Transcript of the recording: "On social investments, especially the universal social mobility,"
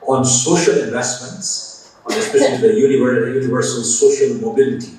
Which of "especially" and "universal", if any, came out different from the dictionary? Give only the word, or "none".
especially